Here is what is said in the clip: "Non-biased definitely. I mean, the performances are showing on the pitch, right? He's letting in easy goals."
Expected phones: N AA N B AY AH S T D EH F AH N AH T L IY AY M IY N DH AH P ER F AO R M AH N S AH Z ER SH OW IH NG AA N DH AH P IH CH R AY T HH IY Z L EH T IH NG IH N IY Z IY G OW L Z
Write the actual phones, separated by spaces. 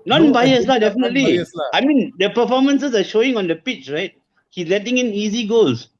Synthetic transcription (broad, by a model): N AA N B AY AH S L D EH F AH N AH T L IY AY M IY N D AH P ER F AO M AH N S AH S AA SH OW IH NG AA N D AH P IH CH R AY T HH IY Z L EH T IH NG IH N IY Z IY G OW L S